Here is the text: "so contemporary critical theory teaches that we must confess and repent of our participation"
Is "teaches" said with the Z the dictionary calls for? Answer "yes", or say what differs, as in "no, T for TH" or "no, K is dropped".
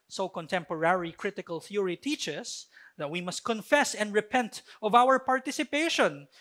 no, S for Z